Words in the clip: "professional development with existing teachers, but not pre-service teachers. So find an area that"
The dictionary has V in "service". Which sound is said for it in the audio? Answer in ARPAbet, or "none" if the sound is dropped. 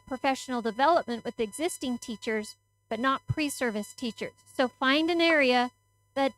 V